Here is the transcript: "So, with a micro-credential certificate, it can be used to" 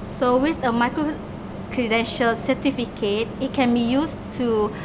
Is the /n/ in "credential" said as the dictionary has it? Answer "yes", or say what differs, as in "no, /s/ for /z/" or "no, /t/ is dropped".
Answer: yes